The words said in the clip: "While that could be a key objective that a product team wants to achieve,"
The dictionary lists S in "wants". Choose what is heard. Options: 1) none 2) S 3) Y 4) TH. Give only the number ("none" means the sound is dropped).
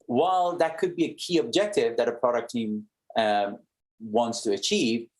2